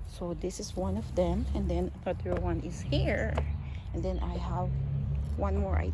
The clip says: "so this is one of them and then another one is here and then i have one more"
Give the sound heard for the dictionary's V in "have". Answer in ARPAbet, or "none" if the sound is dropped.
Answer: V